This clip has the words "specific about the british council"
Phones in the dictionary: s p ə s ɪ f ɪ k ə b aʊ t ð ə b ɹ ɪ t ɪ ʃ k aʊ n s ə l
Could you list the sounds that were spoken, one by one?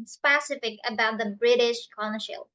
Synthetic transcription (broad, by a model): s p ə s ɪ f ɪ k ə b aʊ t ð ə b ɹ ɪ t ɪ ʃ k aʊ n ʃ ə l